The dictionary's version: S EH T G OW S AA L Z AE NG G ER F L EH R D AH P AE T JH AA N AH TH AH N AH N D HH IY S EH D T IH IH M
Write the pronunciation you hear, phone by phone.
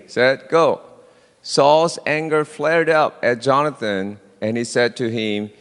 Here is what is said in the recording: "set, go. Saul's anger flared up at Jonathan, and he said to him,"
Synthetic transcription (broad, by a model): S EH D G OW S AA L Z AE NG G ER F L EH R D AH P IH T JH AA N AH TH AH N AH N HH IY S EH D T IH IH M